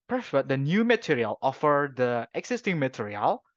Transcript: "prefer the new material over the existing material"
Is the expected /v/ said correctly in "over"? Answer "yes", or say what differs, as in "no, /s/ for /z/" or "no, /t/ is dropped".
no, /f/ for /v/